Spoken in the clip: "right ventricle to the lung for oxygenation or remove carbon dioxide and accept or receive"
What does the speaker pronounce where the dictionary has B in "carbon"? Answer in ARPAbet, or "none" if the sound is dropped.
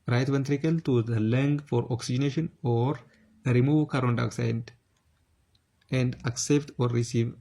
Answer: none